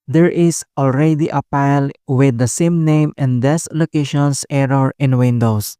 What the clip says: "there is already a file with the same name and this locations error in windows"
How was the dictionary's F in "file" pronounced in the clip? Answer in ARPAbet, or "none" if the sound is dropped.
P